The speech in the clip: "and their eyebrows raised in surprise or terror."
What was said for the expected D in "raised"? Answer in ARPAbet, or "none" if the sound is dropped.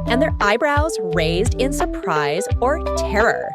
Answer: D